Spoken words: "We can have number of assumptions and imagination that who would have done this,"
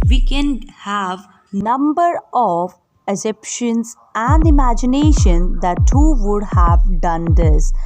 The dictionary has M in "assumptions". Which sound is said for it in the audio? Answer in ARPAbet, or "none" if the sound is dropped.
none